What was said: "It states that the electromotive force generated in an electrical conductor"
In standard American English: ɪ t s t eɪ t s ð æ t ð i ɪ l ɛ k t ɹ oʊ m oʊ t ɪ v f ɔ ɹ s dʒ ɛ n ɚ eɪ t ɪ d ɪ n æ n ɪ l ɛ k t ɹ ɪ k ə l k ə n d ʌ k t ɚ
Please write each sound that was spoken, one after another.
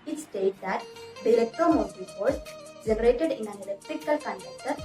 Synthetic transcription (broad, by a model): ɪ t s t eɪ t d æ t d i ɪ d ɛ k t oʊ m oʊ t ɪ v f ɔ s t dʒ ɛ n ɚ eɪ t ɪ d ɪ n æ n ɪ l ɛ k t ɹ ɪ k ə l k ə n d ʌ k t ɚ